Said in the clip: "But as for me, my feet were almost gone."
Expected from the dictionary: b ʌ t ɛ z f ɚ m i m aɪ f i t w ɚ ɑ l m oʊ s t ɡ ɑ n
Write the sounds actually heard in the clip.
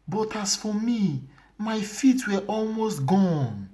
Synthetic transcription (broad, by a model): b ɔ t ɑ s f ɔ m i m aɪ f i t w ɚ ɑ l m oʊ s t ɡ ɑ n